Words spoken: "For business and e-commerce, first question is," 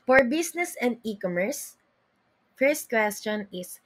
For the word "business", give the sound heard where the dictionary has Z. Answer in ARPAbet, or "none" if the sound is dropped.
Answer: S